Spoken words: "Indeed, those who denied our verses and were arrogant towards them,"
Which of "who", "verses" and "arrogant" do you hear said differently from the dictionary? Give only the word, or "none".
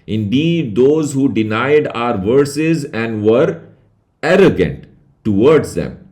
none